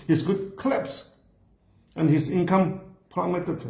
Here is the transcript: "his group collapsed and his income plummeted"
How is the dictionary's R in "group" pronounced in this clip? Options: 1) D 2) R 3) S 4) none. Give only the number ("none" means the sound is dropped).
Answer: 4